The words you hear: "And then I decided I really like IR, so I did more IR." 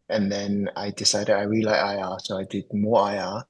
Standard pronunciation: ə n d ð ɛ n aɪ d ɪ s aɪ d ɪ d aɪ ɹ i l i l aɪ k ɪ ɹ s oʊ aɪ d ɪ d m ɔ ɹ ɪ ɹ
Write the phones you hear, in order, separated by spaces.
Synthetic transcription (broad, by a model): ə n ð ɛ n aɪ d ɪ s aɪ d ɪ d aɪ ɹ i l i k aɪ ɪ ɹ s oʊ aɪ d ɪ d m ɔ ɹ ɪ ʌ